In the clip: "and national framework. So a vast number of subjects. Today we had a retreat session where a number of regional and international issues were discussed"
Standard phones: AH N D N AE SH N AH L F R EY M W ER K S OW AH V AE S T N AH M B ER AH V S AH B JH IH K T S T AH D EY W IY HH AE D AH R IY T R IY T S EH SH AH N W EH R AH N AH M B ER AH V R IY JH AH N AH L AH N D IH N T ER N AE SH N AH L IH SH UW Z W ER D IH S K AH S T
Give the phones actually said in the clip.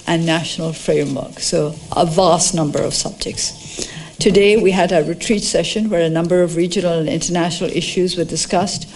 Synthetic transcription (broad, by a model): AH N N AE SH N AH L F R EY M W ER K S OW AH V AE S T N AH M B ER AH V S AH B JH IH K T S T AH D EY W IY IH D AH R IY T R IY T S EH SH AH N W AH R AH N AH M B ER AH V R IY JH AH N L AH N IH N T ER N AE SH N L IH SH UW Z W ER D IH S K AH S T